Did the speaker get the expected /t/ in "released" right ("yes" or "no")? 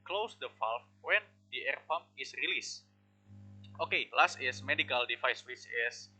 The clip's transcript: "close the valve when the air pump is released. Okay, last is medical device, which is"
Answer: yes